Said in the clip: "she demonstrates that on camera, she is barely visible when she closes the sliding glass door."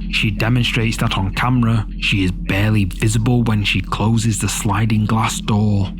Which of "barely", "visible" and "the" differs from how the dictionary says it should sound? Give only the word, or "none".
none